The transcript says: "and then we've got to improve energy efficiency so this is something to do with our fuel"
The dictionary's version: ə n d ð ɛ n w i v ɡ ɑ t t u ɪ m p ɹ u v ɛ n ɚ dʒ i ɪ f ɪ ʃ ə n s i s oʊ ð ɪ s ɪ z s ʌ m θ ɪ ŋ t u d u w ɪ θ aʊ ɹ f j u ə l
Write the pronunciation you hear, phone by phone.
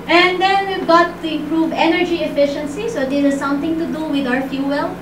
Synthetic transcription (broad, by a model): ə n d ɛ n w i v ɡ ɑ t t u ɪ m p ɹ u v ɛ n ɚ dʒ i ɪ f ɪ ʃ ə n s i s oʊ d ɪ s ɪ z s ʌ m t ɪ ŋ t u d u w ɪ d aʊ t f j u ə l